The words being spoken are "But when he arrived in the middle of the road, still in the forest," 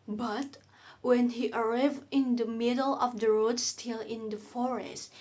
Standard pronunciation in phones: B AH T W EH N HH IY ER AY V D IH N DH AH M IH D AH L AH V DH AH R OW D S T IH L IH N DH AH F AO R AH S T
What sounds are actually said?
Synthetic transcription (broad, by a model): B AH T W EH N HH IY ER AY V IH N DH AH M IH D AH L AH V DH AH R OW D S T IH L IH N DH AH F AO R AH S T